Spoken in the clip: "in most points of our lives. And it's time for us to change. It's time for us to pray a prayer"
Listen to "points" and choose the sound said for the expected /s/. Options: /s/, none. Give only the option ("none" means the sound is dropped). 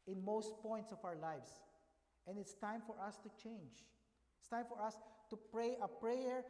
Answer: /s/